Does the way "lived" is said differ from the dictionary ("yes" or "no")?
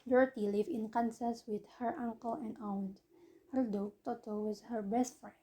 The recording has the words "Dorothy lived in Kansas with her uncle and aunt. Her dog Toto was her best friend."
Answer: yes